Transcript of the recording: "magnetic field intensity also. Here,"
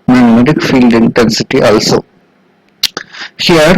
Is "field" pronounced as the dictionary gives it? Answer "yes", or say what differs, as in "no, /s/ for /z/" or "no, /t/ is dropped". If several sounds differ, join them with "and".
yes